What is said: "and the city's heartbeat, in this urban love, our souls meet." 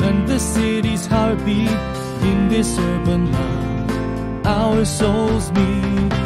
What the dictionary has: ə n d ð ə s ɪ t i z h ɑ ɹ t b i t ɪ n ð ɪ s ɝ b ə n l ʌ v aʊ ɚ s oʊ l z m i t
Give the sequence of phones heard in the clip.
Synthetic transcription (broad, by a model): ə n ð ə s ɪ t i z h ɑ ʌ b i ɪ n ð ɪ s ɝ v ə n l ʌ aʊ ɚ s oʊ l z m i